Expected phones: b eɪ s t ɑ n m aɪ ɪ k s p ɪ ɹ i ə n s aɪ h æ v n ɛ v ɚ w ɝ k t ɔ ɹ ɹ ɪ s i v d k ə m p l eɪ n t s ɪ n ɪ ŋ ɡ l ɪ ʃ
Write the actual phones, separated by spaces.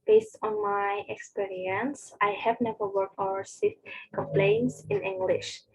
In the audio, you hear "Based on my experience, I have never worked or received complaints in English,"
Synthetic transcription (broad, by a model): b eɪ s t ɑ n m aɪ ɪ k s p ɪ ɹ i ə n s aɪ h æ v n ɛ v ɚ w ɝ k t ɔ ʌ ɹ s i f k ə m p l eɪ n t s ɪ n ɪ ŋ ɡ l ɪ ʃ